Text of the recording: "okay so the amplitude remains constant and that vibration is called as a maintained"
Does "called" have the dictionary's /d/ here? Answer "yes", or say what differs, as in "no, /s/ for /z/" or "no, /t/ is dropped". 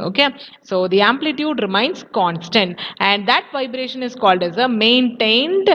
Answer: yes